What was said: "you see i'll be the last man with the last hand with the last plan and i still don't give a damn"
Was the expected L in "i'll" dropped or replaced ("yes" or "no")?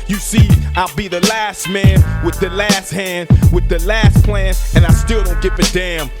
no